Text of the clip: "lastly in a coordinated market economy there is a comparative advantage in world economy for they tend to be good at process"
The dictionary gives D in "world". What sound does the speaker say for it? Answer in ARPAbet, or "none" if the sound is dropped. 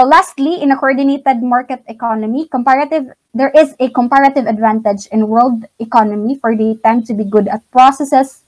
D